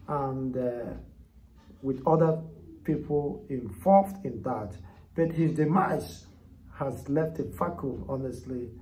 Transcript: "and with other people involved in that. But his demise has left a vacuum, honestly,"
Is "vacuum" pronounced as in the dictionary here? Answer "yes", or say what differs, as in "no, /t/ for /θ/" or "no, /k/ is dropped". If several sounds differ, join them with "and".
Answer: no, /f/ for /v/ and /m/ is dropped